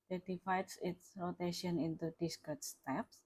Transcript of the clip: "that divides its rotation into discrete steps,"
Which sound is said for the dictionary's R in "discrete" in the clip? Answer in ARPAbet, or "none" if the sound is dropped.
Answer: none